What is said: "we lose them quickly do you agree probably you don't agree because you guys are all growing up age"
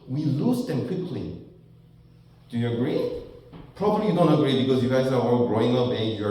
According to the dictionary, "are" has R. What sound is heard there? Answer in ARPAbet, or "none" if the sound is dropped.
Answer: W